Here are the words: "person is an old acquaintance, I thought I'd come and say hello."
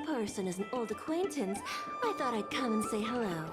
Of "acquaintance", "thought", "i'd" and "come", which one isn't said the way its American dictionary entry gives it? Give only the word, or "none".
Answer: none